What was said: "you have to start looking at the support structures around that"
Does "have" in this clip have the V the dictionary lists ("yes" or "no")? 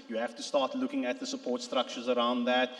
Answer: no